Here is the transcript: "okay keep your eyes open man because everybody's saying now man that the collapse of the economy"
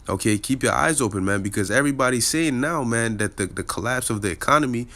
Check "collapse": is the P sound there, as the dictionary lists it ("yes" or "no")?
yes